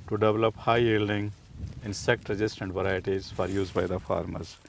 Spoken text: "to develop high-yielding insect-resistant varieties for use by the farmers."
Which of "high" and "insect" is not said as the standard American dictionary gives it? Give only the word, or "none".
none